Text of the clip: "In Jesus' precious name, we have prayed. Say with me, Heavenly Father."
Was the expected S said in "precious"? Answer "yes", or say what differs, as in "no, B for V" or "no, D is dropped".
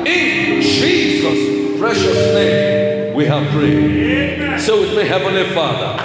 yes